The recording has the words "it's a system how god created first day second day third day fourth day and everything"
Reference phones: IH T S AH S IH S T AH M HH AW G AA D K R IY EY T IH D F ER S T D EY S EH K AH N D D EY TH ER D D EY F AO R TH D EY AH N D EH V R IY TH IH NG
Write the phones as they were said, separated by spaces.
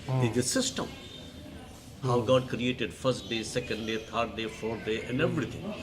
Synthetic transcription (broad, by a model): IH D AH S IH S T AH M HH AW G AA D K R IY EY T IH D F ER S T D EY S EH K AH N D D EY T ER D D EY F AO R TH D EY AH N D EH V R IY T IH NG